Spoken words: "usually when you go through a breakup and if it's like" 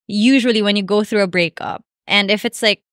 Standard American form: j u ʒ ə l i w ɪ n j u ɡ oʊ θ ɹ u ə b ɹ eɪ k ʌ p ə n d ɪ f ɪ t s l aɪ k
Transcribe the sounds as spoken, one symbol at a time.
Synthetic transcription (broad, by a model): j u ʒ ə l i w ɪ n j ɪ ɡ oʊ θ ɹ u ə b ɹ eɪ k ʌ p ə n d ɪ f ɪ t s l aɪ k